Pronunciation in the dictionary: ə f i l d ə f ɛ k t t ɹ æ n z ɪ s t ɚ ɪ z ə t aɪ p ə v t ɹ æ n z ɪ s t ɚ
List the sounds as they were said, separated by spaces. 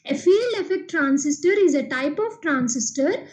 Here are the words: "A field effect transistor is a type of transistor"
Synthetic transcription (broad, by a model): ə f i l ə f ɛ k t t ɹ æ n s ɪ s t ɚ ɪ z ə t aɪ p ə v t ɹ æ n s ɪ s t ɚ